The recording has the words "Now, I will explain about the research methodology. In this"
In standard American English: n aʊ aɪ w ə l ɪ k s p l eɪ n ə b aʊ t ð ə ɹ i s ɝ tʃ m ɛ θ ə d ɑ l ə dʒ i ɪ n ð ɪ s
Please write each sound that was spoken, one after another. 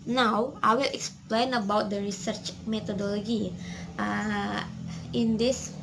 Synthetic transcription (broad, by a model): n aʊ aɪ w ə l ɪ k s p l eɪ n ə b aʊ t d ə ɹ i s ɝ tʃ m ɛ t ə d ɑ l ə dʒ i ɪ n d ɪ s